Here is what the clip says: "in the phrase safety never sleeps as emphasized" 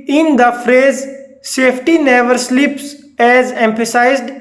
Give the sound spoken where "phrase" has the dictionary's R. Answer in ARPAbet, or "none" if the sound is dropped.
R